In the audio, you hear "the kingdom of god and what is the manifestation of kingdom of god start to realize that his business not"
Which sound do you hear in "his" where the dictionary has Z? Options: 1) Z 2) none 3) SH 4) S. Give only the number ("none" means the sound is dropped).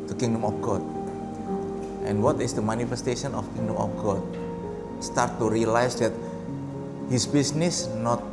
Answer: 4